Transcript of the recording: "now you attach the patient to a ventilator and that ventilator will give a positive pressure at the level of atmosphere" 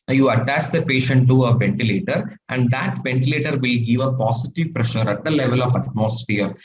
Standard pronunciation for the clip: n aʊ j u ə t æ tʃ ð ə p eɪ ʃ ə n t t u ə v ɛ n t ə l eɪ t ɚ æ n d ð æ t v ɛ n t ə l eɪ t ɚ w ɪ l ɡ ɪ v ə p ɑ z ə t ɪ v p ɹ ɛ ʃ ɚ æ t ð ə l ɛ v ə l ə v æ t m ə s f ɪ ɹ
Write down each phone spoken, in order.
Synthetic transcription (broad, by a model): j u ə t æ tʃ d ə p eɪ ʃ ə n t t u ə v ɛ n t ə l eɪ t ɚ æ n d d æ t v ɛ n t ə l eɪ t ɚ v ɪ l ɡ ɪ v ə p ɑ s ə t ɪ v p ɹ ɛ ʃ ɚ æ t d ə l ɛ v ə l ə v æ t m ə s f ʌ ɹ